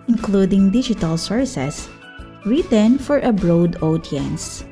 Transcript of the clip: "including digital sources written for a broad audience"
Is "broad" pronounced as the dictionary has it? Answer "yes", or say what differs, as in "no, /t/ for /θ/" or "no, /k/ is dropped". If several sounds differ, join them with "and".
yes